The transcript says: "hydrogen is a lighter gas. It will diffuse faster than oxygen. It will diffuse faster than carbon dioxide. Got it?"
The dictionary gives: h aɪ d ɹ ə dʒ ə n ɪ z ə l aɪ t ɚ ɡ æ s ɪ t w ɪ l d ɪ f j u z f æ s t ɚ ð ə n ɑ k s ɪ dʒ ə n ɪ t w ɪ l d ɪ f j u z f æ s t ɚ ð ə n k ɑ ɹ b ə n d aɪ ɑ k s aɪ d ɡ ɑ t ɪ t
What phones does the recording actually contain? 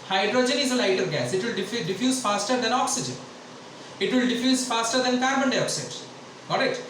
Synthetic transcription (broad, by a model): h aɪ d ɹ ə dʒ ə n ɪ z ə l aɪ t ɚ ɡ æ s ɪ t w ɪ l d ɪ f j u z f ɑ s t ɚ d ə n ɑ k s ɪ dʒ ə n ɪ t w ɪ l d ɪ f j u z f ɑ s t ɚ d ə n k ɑ ɹ b ə n d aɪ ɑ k s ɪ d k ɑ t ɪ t